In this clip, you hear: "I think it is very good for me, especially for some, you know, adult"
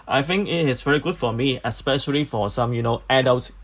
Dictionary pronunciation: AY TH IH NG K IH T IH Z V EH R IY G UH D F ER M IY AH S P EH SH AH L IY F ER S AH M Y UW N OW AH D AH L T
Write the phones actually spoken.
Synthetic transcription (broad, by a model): AY TH IH NG K IH T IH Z V EH R IY G UH D F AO M IY AH S P EH SH AH L IY F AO S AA M Y UW N OW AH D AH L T